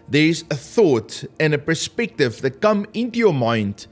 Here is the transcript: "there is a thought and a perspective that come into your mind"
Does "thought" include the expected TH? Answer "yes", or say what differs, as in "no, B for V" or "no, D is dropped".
yes